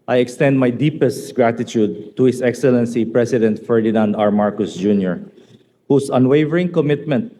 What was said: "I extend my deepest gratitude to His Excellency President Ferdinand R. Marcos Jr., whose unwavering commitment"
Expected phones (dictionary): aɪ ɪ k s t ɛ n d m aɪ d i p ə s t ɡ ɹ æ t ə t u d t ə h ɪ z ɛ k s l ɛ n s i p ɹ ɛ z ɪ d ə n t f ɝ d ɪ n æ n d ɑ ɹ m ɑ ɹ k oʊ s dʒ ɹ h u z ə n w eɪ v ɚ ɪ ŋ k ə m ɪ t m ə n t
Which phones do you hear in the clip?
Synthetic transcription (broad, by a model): aɪ ɪ k s t ɛ n d m aɪ d i p ə s t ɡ ɹ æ t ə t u d t ə h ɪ s ɛ k s l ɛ n s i p ɹ ɛ s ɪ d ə n t f ɝ d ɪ n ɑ n d ɑ ɹ m ɑ ɹ k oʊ s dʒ ɹ h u s ə n w eɪ v ɚ ɪ ŋ k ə m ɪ t m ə n t